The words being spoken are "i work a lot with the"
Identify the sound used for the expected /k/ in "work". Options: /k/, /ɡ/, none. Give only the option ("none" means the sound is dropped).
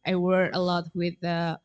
none